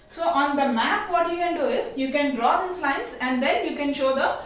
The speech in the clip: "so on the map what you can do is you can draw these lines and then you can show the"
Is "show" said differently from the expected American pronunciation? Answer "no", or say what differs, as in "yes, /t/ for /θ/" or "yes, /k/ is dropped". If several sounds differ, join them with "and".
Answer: no